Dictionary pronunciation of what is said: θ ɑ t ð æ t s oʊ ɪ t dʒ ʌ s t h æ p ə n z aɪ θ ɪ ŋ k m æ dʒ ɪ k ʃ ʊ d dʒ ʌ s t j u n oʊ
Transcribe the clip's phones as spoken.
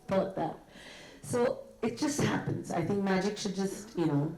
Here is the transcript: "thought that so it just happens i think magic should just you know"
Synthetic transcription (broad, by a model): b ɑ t ð æ t s oʊ ɪ t dʒ ʌ s t h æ p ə n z aɪ θ ɪ ŋ k m æ dʒ ɪ k ʃ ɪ d dʒ ʌ s t j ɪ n oʊ